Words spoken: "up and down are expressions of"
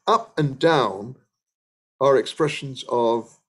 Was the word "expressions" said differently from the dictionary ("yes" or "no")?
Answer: no